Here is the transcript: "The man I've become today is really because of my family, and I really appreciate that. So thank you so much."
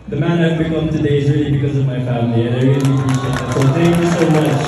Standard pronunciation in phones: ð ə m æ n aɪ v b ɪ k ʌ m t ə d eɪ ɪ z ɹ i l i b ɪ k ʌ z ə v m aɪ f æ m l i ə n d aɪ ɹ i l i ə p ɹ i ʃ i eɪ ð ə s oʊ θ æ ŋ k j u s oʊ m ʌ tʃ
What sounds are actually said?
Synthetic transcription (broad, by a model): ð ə m æ n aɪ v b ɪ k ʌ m t ə d eɪ ɪ z ɹ i l i b ɪ k ʌ z ə v m aɪ f æ m l i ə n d aɪ ɹ i l i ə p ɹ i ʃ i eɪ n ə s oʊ θ æ ŋ k j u s oʊ m ʌ tʃ